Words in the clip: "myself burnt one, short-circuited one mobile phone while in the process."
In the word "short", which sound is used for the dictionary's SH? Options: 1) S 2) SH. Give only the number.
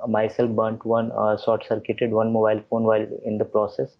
1